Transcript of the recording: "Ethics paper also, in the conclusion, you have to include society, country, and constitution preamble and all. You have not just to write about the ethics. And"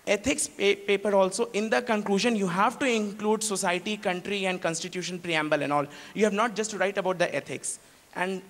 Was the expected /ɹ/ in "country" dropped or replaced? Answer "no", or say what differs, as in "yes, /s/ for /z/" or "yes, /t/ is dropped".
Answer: no